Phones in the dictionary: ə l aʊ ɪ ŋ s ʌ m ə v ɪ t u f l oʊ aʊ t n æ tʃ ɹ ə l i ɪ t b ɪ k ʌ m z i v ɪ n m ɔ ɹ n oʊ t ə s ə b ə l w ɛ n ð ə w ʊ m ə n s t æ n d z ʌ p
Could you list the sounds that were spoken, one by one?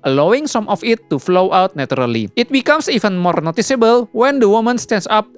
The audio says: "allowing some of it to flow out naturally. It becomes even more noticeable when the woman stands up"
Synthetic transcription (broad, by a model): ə l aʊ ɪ ŋ s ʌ m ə f ɪ t u f l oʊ aʊ t n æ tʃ ɹ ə l i ɪ t b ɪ k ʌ m s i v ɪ n m ɔ ɹ n oʊ t ə s ə b ə l w ɛ n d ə w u m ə n s t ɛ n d s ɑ p